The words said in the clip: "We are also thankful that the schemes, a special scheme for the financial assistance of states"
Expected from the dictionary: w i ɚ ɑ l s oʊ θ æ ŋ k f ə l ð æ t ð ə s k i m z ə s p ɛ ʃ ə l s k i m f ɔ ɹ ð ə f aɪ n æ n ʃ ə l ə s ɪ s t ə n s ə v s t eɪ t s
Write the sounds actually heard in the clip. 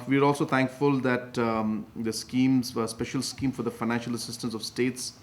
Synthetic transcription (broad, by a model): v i ɚ ɑ l s oʊ t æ ŋ k f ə l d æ t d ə s k i m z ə s p ɛ ʃ ə l s k i m f ɔ ɹ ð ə f aɪ n æ n ʃ ə l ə s ɪ s t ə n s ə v s t eɪ t s